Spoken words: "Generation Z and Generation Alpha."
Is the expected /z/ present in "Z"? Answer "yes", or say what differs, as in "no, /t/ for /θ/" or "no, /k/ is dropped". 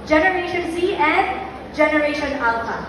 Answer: no, /s/ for /z/